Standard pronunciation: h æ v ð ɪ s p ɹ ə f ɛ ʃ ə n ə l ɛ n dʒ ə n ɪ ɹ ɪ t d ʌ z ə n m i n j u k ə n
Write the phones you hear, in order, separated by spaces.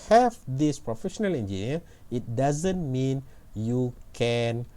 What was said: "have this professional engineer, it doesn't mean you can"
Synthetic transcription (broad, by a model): h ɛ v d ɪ s p ɹ ə f ɛ ʃ ə n ə l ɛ n dʒ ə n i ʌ ɪ t d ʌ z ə n m i n j u k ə n